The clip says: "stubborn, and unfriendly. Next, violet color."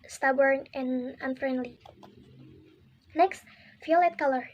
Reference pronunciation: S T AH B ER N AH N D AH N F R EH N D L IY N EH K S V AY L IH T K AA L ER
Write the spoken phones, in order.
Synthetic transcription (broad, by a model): S T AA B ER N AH N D AH N F R EH N D L IY N EH K S F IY L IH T K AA L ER